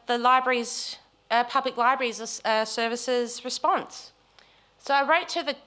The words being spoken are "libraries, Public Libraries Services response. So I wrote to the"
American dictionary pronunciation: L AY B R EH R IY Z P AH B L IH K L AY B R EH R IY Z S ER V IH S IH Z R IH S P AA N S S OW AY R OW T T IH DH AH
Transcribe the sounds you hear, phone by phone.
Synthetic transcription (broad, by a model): L AY B R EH R IY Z P AH B L IH K L AY B R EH R IY Z S ER V IH S IH Z R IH S P AA N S S OW AY R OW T T IH DH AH